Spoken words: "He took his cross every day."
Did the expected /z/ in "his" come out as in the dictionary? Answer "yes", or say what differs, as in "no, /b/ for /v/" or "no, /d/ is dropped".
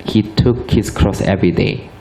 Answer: no, /s/ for /z/